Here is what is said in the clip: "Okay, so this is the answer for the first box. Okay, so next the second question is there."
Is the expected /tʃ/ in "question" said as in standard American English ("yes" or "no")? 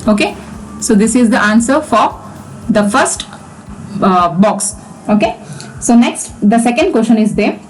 no